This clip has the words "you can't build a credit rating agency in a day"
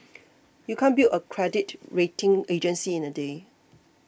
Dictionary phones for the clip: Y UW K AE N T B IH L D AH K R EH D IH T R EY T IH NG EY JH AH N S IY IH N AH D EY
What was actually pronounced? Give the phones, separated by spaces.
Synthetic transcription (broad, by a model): Y UW K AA N B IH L AH K R EH D IH T R EY T IH NG EY JH AH N S IY IH N AH D EY